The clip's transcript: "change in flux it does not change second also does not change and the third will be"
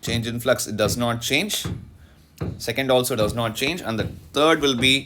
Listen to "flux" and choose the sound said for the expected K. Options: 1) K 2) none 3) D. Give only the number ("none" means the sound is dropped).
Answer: 1